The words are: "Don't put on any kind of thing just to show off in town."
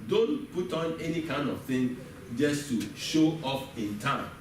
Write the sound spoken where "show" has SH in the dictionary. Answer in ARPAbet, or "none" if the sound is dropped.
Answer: SH